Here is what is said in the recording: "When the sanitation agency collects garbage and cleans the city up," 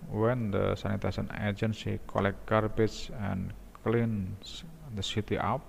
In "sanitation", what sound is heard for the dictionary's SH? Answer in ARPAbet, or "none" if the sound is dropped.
S